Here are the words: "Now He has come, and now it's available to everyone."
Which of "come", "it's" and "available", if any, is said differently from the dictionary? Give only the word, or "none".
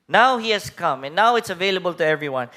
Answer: none